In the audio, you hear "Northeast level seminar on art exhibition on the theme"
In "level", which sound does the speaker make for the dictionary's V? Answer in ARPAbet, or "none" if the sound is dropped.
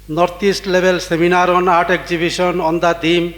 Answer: B